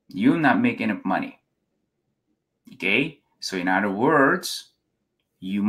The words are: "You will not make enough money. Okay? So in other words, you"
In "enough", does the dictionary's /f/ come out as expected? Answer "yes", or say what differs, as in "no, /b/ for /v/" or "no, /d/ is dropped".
no, /p/ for /f/